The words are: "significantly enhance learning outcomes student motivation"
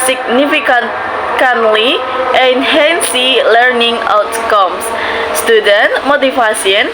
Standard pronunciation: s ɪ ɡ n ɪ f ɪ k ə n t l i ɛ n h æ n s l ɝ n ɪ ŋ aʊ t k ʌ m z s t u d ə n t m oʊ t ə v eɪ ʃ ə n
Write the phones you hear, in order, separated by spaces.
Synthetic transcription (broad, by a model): s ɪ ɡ n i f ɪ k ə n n l i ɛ n h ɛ n s l ɝ n ɪ ŋ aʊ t k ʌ m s s t u d ə n t m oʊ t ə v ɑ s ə n